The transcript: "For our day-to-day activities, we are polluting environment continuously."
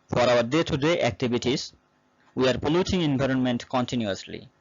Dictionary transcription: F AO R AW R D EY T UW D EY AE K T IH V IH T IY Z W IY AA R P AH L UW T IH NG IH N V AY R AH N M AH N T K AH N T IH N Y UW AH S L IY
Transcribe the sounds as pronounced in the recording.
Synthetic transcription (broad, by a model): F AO R AW R D EY T UW D EY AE K T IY B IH T IY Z W IY AA R P AH L UW T IH NG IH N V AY R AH N M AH N T K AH N T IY N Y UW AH S L IY